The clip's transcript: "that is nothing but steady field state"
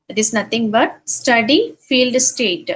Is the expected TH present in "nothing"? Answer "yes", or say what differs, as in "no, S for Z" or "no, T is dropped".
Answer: no, T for TH